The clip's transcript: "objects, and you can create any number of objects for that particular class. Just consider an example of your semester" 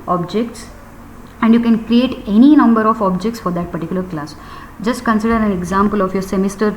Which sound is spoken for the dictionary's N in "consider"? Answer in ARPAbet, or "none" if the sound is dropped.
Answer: N